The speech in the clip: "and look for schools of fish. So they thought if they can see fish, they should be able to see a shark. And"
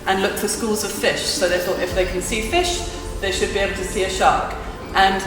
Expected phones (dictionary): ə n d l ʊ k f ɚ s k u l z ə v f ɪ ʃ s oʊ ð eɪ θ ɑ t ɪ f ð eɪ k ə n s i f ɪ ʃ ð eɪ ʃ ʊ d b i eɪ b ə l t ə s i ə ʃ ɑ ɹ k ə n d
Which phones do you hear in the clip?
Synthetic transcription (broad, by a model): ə n l ʊ k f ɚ s k u l z ə v f ɪ ʃ s oʊ ð eɪ θ ɑ t ɪ f ð eɪ k ə n s i f ɪ ʃ ð eɪ ʃ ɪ d b i eɪ b l t ə s i ə ʃ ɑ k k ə n